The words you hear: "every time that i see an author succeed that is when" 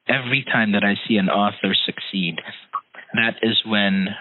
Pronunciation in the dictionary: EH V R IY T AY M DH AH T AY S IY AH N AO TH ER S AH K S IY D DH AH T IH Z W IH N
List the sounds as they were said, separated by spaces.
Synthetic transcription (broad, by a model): EH V R IY T AY M DH AH T AY S IY AH N AO TH ER S AH K S IY D DH AH T IH Z W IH N